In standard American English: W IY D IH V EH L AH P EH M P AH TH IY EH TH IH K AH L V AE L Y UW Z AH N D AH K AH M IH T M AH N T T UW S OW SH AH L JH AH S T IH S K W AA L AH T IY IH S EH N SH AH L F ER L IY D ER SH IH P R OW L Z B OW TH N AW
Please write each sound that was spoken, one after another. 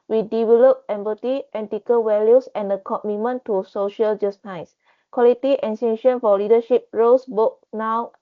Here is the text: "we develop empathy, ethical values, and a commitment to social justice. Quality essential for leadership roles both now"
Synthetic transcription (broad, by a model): W IY D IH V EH L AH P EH M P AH T IY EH T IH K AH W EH L Y UW S AH N D AH K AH M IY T M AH N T T UW S OW SH AH L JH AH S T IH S K W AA L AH T IY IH S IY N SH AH N F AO L IY D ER SH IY P R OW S B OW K N AW